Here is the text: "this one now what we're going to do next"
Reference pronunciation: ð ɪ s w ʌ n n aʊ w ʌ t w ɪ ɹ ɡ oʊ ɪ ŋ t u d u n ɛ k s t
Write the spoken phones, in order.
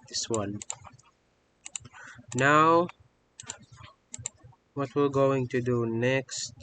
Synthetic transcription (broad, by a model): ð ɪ s w ʌ n n aʊ w ʌ t w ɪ l ɡ oʊ ɪ ŋ t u d u n ɛ k s t